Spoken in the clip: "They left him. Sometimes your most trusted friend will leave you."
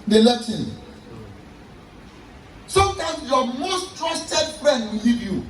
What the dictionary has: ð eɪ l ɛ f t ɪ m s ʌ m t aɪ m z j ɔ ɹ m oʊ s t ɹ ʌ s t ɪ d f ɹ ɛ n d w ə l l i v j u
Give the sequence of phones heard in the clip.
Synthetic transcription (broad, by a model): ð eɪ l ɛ t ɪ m s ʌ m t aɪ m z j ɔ m oʊ s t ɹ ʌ s t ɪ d f ɹ ɛ n d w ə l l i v j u